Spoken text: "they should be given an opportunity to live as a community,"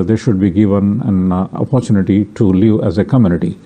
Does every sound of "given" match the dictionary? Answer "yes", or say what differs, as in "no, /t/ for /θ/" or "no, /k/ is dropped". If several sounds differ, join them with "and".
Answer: yes